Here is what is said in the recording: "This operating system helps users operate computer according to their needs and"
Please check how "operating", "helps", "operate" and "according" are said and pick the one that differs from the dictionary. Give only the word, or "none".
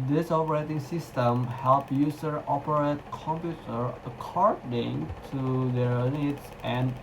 helps